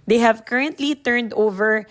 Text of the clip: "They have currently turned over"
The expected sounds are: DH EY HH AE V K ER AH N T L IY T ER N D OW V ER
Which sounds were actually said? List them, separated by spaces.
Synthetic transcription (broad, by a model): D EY HH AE V K ER AH N T L IY T ER N D OW V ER